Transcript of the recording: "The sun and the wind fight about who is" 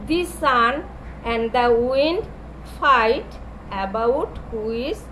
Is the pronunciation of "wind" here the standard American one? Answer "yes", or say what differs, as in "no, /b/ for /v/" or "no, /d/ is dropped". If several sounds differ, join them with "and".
yes